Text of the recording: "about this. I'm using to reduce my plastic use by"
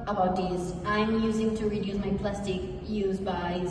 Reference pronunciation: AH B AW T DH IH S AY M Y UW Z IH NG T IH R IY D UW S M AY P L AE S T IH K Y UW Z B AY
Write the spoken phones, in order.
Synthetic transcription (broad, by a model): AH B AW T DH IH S AY M Y UW Z IH NG T IH R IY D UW S M AY P L AE S T IH K Y UW Z B AY